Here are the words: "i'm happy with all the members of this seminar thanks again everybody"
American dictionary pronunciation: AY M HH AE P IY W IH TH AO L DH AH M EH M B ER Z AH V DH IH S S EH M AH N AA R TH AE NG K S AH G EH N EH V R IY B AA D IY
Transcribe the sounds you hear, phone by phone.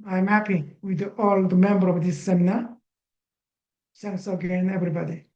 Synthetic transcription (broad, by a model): AY M HH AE P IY W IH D AO L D M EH M B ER AH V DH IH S S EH M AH N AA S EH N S AH G EH N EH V R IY B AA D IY